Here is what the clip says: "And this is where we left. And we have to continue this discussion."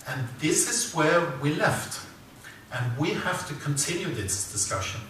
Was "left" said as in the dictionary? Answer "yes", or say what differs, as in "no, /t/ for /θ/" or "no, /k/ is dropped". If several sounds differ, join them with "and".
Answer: yes